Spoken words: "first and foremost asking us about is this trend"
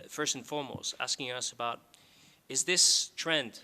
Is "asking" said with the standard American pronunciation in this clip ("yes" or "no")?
yes